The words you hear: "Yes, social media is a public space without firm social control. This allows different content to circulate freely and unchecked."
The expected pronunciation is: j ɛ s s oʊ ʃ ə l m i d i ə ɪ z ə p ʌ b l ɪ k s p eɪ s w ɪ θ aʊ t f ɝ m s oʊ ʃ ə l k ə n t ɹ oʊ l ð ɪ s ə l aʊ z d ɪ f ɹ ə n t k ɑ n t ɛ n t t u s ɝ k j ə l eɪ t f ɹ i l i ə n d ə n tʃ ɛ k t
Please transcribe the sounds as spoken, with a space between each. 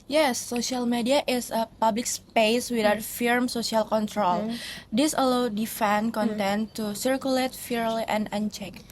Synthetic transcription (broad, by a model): j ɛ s s oʊ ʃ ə l m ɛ d i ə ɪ s ə p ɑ b l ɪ k s p eɪ s w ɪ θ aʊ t f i m s oʊ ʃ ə l k ə n t ɹ oʊ l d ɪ s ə l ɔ d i f ə n k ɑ n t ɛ n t t u s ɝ k j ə l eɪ t f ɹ l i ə n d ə n tʃ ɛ k